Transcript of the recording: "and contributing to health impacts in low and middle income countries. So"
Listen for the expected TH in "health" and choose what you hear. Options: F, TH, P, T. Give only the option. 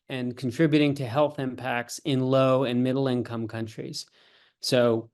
TH